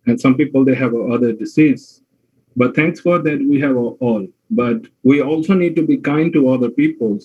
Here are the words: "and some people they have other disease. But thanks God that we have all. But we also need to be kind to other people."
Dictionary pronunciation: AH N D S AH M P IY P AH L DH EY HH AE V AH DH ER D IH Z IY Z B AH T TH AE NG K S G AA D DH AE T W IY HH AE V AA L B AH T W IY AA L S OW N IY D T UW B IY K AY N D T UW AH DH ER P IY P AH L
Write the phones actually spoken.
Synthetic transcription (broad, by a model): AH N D S AH M P IY P AH L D EY HH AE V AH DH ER D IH S IY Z B AH T T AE NG K S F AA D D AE T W IY HH AE V AA L B AH T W IY AA L S OW N IY D T UW B IY K AY N D T UW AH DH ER P IY P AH L